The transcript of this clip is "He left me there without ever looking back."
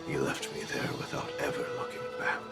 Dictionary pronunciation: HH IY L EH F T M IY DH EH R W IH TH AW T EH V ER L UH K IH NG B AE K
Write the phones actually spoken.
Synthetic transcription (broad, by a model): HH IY L EH F T M IY DH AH R W IH TH AW T EH V ER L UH K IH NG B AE